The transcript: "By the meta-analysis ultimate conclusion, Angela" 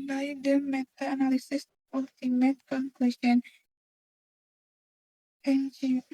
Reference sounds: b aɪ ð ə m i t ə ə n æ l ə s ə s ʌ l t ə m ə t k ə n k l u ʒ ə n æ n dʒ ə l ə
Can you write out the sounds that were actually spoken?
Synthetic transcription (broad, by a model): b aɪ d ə m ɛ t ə n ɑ l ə s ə s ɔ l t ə m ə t k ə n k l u ʃ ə n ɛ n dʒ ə